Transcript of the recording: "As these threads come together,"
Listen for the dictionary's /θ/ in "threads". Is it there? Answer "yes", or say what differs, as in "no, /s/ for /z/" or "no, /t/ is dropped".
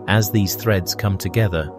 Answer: yes